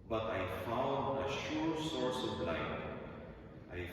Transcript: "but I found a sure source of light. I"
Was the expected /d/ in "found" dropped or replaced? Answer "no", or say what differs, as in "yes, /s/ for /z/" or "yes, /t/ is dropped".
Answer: no